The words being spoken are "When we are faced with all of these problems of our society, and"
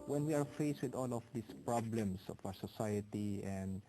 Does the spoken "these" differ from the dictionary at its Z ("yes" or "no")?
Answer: yes